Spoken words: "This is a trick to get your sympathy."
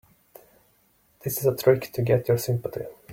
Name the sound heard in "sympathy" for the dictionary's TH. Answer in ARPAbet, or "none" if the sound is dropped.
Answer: T